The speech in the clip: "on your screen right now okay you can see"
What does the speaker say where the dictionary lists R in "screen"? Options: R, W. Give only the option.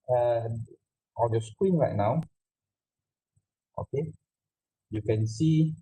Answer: W